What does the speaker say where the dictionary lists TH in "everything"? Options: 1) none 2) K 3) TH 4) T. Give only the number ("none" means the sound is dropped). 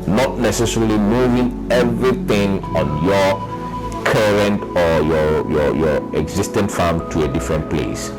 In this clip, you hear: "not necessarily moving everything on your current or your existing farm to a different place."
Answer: 4